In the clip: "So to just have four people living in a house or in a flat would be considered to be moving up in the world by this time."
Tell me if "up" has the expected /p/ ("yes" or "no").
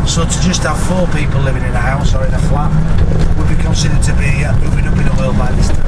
no